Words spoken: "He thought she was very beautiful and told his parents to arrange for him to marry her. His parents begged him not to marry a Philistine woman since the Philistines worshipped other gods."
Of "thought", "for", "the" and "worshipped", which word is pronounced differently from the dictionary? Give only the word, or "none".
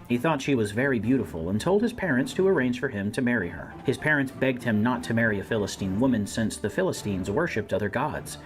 none